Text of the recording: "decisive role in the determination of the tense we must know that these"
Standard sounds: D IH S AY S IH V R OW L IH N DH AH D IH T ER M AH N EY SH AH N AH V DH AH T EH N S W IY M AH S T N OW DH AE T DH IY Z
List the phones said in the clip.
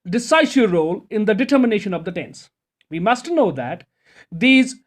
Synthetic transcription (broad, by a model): D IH S AY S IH R OW L IH N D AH D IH T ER M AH N EY SH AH N AH V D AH T EH N S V IY M AH S T N OW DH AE T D IY Z